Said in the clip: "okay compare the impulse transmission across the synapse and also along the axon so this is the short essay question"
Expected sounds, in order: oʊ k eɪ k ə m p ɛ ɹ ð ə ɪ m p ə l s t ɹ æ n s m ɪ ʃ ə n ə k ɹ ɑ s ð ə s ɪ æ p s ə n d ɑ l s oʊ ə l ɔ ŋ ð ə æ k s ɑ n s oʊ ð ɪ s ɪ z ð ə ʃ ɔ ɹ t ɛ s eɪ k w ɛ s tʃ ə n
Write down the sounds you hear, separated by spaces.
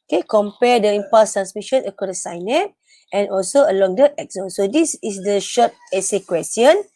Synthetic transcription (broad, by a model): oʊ k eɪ k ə m p ɛ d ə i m p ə s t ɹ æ n s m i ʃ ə n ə k ɑ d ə s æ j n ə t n ɑ l s oʊ ə l ɔ ŋ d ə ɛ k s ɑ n s oʊ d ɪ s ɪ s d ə ʃ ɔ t ɛ s eɪ k w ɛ s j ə n